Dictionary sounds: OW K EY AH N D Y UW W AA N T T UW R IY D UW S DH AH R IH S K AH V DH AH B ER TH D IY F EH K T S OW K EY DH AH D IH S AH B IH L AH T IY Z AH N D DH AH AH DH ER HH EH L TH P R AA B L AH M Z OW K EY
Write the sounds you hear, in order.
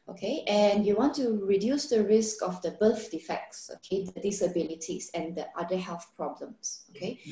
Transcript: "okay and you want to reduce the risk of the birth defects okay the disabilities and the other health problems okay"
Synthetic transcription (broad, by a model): OW K EY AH N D Y UW W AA N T T UW R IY D UW S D AH R IH S K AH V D AH B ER F D IY F EH K T S OW K EY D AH D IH S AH B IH L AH T IY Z AH N D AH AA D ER HH EH L TH P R AA B L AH M S OW K EY